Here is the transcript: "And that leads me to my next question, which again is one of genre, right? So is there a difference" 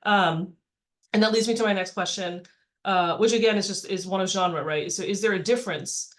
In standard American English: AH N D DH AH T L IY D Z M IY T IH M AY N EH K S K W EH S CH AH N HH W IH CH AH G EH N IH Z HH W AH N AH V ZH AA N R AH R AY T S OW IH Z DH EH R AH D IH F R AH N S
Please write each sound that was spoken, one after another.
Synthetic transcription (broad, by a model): AH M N DH AH T L IY D Z M IY T IH M AY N EH K S K W EH S CH AH N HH W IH CH AH G EH N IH Z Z W AH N AH V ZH AA N R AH R AY T S OW IH Z DH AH R AH D IH F R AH N S